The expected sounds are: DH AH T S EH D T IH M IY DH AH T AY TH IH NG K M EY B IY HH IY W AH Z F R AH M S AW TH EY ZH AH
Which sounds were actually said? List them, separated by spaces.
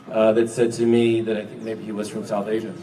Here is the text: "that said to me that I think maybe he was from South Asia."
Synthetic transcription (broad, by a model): DH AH T S EH D T IH M IY DH AH T AY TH IH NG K M EY B IY HH IY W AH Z F R AH M S AW TH EY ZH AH